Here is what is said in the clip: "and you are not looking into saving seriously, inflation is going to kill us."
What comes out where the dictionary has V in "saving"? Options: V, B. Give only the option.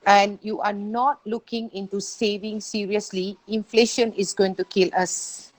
V